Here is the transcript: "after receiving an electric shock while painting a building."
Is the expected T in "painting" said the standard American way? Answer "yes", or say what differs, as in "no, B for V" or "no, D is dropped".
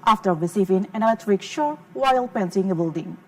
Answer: no, S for T